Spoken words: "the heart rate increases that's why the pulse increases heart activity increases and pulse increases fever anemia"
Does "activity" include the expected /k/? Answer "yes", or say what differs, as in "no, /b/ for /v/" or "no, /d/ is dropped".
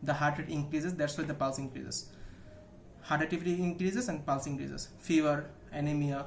no, /k/ is dropped